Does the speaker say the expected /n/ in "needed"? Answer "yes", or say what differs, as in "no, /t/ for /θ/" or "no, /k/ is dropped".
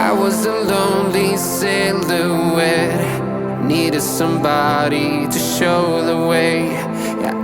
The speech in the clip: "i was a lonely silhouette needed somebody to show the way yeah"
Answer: yes